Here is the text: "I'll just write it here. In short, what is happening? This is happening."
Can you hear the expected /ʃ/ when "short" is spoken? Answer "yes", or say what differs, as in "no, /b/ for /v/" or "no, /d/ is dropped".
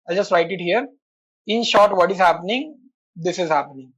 yes